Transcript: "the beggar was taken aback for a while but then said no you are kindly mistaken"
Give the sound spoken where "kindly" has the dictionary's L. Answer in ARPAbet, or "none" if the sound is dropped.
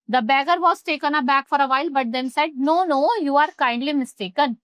L